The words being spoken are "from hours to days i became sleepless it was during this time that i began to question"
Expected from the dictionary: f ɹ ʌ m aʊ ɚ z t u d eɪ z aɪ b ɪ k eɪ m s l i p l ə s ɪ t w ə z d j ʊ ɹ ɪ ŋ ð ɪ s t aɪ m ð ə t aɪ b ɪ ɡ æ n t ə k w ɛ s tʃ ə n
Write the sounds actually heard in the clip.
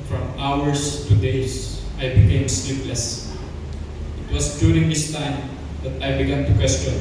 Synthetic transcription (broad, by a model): f ɹ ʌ m aʊ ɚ s t u d eɪ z aɪ b ɪ k eɪ m s l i p l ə s ɪ t w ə s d j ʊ ɹ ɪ ŋ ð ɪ s t aɪ m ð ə t aɪ b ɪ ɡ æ n t ə k w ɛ s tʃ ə n